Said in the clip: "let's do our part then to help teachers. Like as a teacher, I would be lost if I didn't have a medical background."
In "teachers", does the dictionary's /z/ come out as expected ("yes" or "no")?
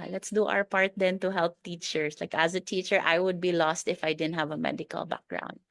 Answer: no